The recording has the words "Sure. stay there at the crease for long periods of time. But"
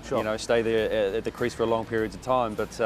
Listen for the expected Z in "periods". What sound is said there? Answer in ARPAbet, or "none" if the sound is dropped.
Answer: Z